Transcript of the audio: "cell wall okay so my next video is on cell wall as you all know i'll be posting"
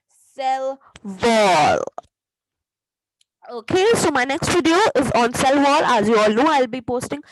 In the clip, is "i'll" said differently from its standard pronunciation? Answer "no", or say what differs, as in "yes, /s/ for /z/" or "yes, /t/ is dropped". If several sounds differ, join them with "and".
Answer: no